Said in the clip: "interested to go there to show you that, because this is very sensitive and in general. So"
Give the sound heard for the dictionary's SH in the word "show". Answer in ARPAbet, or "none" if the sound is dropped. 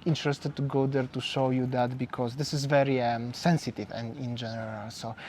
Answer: SH